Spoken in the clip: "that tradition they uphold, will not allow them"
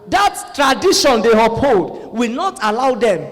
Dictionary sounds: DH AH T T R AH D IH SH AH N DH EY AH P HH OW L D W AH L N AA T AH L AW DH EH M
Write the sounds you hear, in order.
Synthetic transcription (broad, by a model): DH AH T T R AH D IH SH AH N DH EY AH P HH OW D W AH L N AA T AH L AW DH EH M